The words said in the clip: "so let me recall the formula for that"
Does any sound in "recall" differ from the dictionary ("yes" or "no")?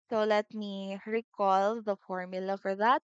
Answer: no